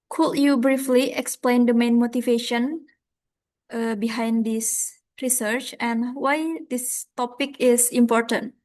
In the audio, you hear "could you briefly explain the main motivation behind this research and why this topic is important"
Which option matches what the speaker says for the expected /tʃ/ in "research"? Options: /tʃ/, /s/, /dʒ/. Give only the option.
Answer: /tʃ/